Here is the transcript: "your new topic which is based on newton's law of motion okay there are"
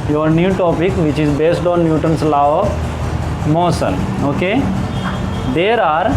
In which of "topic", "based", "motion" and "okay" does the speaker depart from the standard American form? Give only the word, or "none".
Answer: motion